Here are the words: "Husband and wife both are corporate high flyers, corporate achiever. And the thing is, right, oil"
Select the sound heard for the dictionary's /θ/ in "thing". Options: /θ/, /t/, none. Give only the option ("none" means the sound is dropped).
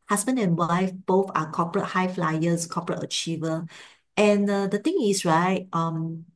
/t/